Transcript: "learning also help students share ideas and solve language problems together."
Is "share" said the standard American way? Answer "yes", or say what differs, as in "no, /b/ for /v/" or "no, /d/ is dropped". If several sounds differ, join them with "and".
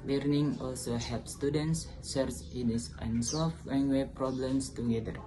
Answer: no, /s/ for /ʃ/